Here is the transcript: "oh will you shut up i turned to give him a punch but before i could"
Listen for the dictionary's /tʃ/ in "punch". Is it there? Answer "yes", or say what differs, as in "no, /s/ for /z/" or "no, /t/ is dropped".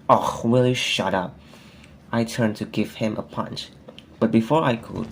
yes